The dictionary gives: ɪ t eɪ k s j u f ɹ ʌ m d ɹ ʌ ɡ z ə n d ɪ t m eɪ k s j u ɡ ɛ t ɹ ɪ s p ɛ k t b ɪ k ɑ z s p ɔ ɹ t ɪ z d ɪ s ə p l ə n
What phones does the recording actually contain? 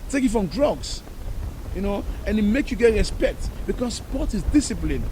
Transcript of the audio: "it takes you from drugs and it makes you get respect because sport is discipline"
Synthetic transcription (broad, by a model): t eɪ k j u f ɹ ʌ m d ɹ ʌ ɡ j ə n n ɪ t m eɪ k j u ɡ ɛ t ɹ ɪ s p ɛ k t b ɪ k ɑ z s p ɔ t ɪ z d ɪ s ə p l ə n